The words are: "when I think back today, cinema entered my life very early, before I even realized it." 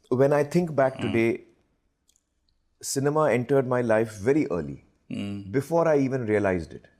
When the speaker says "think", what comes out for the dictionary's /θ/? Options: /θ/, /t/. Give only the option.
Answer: /t/